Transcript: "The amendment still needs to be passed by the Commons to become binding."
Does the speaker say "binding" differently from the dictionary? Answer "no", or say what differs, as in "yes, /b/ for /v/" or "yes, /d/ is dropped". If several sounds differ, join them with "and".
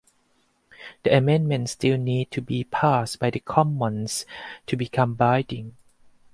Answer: yes, /n/ is dropped